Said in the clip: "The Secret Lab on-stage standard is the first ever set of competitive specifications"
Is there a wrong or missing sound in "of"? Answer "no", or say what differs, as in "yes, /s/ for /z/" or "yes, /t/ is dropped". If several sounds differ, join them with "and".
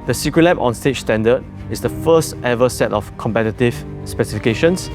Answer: yes, /f/ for /v/